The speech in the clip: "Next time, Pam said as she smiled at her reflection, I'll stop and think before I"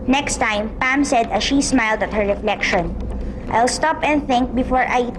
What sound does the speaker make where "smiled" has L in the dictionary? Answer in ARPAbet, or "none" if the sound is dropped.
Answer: L